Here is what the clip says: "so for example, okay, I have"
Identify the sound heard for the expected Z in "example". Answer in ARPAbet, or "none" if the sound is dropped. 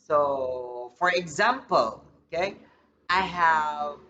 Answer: Z